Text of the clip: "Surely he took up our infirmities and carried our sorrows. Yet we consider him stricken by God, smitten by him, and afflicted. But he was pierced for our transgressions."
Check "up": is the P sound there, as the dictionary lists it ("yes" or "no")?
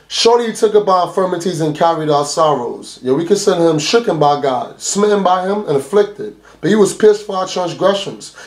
no